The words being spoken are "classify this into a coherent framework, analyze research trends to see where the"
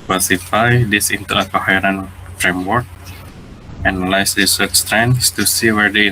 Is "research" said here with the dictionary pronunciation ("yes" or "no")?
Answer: no